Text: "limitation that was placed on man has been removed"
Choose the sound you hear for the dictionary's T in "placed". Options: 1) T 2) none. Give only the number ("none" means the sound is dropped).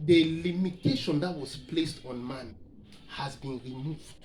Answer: 1